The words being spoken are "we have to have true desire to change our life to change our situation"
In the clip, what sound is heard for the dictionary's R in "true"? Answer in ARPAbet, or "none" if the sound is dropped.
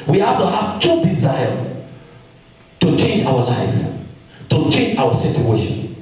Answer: none